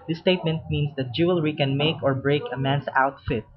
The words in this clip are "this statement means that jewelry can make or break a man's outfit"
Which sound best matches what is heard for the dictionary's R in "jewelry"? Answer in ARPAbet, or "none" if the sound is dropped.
R